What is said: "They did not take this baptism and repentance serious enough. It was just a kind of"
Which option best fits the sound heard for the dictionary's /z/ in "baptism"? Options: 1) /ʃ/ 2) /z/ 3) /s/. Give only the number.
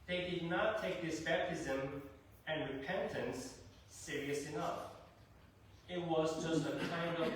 2